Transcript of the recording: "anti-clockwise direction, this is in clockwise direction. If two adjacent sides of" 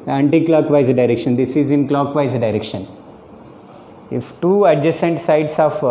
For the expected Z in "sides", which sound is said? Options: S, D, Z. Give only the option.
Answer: S